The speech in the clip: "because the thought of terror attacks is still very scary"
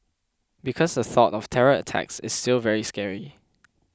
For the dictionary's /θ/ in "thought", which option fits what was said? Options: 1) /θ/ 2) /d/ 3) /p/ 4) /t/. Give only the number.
1